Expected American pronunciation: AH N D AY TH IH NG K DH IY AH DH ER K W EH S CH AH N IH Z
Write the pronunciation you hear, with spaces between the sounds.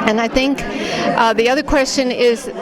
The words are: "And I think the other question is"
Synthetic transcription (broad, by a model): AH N AY TH IH NG K DH IY AH DH ER K W EH S CH AH N IH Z